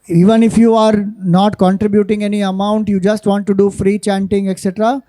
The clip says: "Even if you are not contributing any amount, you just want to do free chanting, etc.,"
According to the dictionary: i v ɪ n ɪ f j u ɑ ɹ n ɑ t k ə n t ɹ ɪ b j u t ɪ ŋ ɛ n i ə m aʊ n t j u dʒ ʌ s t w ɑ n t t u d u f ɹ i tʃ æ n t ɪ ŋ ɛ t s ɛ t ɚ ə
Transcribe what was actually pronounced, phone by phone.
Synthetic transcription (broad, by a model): i v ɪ n ɪ f j u ɑ ɹ n ɑ t k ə n t ɹ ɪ b j u t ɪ ŋ ɛ n i ə m aʊ n t j u dʒ ʌ s t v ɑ n t t u d u f ɹ i tʃ æ n t ɪ ŋ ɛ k s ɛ t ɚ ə